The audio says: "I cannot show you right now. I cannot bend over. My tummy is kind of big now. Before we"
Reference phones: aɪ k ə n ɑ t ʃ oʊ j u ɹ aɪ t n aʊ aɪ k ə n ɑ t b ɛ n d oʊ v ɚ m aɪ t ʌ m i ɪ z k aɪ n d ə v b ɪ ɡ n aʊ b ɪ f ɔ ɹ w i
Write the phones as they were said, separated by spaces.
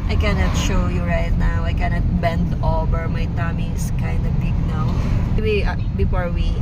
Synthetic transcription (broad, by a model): aɪ k ə n ɑ t ʃ oʊ j u ɹ aɪ t n aʊ aɪ k ə n ɑ t b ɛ n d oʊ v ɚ m aɪ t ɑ m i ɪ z k aɪ n d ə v b ɪ ɡ n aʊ b ɪ f ɔ ɹ w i